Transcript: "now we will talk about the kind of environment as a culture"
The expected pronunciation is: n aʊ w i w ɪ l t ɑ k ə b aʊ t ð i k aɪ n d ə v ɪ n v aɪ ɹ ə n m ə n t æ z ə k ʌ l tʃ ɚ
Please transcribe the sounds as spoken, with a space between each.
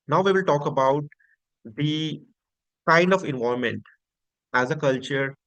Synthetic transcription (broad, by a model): n aʊ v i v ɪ l t ɑ k ə b aʊ t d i k aɪ n d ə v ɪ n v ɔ ə m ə n t æ z ə k ʌ l tʃ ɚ